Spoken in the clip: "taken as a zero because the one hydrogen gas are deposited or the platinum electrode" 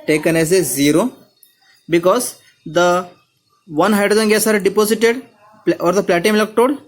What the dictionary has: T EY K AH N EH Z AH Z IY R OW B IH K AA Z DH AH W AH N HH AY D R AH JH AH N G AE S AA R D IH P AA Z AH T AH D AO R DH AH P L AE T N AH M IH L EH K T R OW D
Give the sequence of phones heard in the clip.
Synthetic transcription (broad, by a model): T EY K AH N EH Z AH Z IY R OW B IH K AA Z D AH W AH N HH AY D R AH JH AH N G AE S AA R D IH P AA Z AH T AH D AO R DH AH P L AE T AH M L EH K T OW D